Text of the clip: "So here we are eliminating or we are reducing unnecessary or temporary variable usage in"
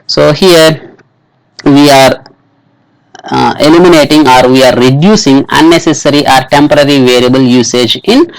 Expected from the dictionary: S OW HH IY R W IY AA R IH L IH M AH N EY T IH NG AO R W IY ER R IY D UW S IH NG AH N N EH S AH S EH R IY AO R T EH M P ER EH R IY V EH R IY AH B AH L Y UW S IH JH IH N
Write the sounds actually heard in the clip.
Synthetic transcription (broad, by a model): S OW HH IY R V IY AA R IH L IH M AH N EY T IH NG AO R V IY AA R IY D UW S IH NG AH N N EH S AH S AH R IY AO R T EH M P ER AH R IY V EH R IY AH B AH L Y UW S IH JH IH N